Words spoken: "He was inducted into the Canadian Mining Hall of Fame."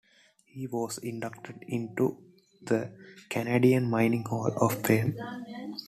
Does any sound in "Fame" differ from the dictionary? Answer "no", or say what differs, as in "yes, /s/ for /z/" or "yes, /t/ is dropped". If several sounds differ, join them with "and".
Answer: yes, /p/ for /f/